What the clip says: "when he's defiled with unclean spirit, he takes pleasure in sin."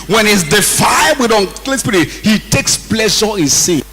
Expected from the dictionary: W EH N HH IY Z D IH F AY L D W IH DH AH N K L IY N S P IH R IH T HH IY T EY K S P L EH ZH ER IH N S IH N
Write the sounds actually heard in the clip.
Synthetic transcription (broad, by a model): W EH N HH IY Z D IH F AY D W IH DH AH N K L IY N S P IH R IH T HH IY T EY K S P L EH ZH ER IH N S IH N